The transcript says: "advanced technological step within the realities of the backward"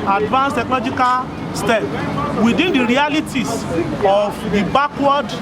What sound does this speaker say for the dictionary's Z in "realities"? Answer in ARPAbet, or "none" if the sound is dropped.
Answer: S